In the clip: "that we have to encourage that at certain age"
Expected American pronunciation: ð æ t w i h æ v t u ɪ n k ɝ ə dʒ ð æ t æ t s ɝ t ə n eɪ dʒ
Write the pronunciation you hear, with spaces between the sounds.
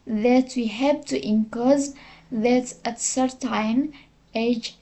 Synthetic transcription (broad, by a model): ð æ t w i h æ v t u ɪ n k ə z ð æ t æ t s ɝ t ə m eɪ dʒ